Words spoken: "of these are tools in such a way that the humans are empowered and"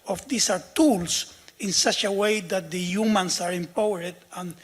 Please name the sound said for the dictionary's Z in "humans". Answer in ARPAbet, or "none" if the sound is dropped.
S